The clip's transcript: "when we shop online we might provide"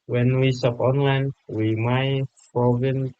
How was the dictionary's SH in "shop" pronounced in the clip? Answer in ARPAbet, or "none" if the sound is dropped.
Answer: S